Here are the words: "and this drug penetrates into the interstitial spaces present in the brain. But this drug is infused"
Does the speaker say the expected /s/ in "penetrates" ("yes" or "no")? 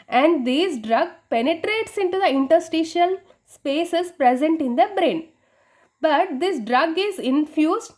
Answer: yes